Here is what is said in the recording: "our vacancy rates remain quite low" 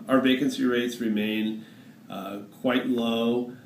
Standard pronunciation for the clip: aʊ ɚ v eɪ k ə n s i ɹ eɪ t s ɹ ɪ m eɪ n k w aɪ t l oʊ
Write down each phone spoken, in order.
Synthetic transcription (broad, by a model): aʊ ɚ v eɪ k ə n s i ɹ eɪ t s ɹ ɪ m eɪ n k w aɪ t l oʊ